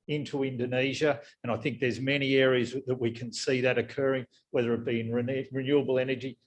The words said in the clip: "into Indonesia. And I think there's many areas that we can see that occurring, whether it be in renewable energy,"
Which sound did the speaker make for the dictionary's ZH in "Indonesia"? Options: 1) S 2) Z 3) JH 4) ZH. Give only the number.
4